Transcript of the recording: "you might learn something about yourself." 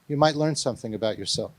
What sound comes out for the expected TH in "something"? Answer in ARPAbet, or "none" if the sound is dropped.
TH